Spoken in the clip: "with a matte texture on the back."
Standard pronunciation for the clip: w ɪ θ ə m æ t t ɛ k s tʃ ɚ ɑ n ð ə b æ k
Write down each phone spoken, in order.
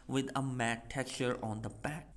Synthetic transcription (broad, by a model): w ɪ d ə m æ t t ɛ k tʃ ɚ ɑ n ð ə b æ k